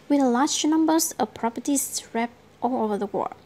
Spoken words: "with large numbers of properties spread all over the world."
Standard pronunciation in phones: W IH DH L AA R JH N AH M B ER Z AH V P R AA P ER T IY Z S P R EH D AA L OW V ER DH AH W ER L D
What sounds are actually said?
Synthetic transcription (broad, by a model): W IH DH L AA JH N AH M B ER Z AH P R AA P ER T IY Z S R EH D AA L OW V ER DH AH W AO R